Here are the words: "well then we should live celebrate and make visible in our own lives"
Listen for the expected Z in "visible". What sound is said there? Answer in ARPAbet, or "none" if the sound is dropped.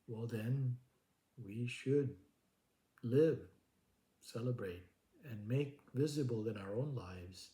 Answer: Z